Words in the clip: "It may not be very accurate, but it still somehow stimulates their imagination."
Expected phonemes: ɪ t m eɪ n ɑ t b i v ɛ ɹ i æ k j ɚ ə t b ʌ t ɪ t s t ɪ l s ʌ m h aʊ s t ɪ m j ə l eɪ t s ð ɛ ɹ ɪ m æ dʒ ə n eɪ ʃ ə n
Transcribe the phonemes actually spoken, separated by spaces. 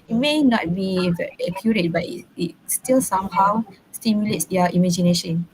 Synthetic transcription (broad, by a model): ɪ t m eɪ n ɑ t b i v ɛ i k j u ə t b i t ɪ t s t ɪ l s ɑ m h aʊ s t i m j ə l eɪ t s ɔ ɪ m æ dʒ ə n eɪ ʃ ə n